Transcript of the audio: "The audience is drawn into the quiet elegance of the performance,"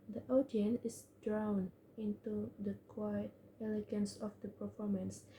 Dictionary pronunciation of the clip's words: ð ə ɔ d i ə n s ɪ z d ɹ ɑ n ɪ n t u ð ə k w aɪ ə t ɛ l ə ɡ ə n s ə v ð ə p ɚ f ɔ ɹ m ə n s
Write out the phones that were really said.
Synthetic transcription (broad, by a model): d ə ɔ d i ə n ɪ s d ɹ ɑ n ɪ n t u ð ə k w aɪ ə t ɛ l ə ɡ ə n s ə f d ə p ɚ f ɔ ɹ m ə n s